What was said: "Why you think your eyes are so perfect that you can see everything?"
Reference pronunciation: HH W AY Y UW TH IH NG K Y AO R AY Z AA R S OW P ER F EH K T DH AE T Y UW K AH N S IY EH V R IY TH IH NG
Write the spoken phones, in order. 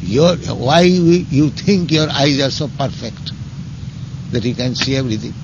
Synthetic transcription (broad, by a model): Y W AY Y UW T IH NG K Y AO R AY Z AA R S OW P ER F EH K T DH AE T Y UW K AH N S IY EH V R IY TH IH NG